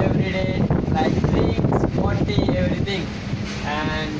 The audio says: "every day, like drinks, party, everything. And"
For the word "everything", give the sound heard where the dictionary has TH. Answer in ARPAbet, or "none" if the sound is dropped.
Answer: T